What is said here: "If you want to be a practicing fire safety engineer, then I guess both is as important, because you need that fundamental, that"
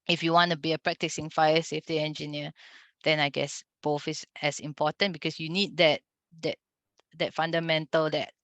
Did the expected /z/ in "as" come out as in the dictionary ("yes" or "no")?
no